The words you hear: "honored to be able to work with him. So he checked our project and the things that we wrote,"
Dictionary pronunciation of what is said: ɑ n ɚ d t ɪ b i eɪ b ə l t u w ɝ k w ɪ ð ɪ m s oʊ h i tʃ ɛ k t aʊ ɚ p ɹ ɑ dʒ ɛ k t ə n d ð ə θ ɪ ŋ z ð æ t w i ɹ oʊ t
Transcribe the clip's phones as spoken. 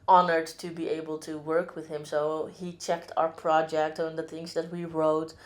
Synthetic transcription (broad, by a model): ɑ n ɚ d t ɪ b i eɪ b ə l t u w ɝ k w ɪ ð ɪ m s oʊ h i tʃ ɛ k t aʊ ɚ p ɹ ɑ dʒ ɛ k t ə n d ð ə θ ɪ ŋ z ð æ t w i ɹ oʊ t